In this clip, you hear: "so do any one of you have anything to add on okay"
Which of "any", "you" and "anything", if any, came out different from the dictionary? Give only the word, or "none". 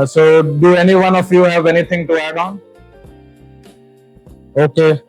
anything